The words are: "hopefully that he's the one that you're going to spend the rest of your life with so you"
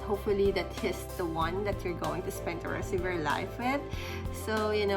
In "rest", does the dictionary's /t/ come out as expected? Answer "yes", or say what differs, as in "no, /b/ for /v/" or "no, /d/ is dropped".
no, /t/ is dropped